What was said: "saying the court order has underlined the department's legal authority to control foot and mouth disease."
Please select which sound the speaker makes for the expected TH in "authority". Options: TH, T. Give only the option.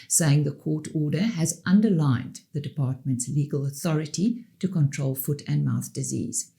TH